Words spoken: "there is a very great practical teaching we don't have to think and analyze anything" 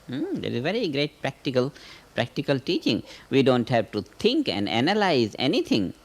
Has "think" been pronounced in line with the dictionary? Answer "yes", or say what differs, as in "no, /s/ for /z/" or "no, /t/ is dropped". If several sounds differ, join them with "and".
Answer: no, /t/ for /θ/